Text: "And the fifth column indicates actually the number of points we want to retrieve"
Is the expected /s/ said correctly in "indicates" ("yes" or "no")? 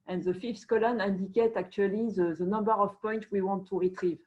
no